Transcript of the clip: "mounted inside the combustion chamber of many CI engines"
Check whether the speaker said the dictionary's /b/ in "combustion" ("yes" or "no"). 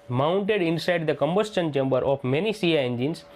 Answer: yes